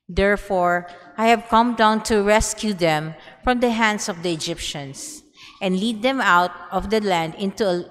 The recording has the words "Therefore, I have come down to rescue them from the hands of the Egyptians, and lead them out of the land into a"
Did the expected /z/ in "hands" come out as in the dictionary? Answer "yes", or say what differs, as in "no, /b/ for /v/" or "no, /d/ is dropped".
no, /s/ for /z/